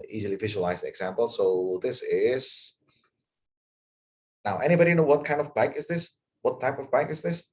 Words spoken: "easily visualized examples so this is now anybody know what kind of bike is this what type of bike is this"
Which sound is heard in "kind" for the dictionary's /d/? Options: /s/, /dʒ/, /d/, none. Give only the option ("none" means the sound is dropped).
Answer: /d/